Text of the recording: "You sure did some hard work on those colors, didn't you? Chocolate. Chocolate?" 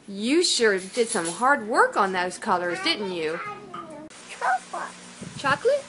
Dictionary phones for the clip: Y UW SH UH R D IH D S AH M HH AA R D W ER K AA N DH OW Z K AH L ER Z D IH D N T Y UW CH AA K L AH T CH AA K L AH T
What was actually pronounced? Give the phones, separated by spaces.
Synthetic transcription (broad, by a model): Y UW SH UH R D IH D S AH M HH AA R D W ER K N DH OW Z K AH L ER Z D IH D N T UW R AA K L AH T CH AA K L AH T